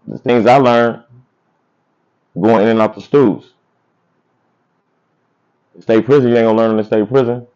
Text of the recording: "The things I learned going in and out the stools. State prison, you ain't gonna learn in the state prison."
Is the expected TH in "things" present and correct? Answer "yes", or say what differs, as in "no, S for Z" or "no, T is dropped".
yes